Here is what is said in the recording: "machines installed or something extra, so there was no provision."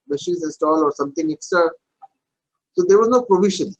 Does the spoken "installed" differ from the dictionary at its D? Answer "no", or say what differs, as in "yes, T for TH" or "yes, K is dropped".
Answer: yes, D is dropped